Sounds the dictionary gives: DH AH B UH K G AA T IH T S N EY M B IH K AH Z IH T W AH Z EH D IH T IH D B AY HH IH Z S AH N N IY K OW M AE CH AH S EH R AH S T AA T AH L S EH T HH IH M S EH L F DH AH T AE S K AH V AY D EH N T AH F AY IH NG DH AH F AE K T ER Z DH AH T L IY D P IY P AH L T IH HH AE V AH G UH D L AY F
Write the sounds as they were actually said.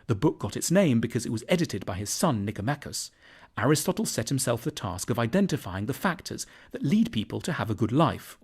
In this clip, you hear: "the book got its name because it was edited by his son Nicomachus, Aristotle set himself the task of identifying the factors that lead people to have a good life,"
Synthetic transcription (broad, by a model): DH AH B UH K G AA T IH T S N EY M B IH K AH Z IH T W AH Z EH D IH T IH D B AY IH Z S AH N N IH K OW M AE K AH S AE R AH S T AA T L S EH T HH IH M S EH L F DH AH T AE S K AH V AY D EH N T AH F AY IH NG DH AH F AE K T ER Z DH AH T L IY D P IY P AH L T IH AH V AH G UH D L AY F